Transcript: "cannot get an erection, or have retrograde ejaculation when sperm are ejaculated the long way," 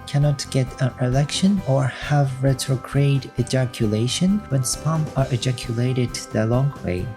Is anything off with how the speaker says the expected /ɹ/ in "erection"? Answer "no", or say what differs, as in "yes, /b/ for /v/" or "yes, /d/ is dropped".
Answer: yes, /l/ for /ɹ/